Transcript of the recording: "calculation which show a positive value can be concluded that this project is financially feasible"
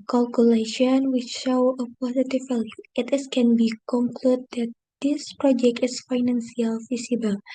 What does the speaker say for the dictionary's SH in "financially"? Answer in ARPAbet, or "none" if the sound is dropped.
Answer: S